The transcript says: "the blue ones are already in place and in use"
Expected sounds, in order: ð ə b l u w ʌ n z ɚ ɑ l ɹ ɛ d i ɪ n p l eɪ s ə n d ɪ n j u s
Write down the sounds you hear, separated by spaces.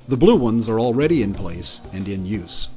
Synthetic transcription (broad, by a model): ð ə b l u w ʌ n z ɚ ɑ l ɹ ɛ d i ɪ n p l eɪ s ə n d ɪ n j u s